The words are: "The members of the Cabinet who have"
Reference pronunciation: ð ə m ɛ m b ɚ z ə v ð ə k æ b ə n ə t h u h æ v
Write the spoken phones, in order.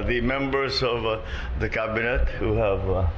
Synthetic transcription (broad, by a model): ð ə m ɛ m b ɚ z ə v ð ə k æ b ə n ə t h u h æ v